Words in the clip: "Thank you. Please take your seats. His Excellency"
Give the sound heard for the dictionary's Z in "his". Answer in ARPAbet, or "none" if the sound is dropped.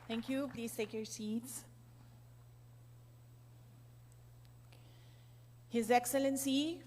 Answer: Z